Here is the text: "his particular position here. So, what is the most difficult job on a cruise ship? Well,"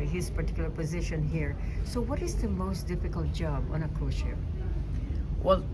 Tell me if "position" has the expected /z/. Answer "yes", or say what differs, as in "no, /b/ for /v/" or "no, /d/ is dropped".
yes